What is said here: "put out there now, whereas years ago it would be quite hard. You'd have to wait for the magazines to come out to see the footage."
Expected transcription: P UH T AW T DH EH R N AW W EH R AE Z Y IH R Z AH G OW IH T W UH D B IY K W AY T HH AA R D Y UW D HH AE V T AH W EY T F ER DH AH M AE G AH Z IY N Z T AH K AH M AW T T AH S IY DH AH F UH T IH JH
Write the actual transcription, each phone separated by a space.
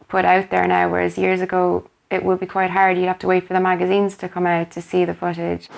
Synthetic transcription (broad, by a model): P UH T AW T DH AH R N AW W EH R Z Y IH R Z AH G OW IH T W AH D B IY K W AY T HH AA R D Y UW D HH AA F T AH W EY T F ER DH AH M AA G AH Z IY N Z T AH K AH M AW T T AH S IY DH AH F UH T IH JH